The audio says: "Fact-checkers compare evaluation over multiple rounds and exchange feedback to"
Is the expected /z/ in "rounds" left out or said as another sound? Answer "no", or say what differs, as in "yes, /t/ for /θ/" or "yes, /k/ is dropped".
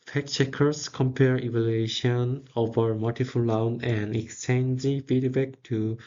yes, /z/ is dropped